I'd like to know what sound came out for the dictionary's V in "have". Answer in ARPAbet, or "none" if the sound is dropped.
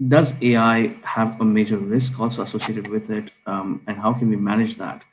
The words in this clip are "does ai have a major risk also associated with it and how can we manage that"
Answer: V